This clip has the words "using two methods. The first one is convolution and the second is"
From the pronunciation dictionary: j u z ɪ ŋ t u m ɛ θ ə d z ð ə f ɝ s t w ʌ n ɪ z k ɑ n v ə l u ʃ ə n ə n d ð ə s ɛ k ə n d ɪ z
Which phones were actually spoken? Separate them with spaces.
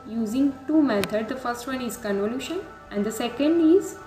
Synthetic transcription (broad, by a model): j u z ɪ ŋ t u m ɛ t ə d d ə f ɝ s t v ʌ n ɪ z k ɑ n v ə l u ʃ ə n ə n d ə s ɛ k ə n d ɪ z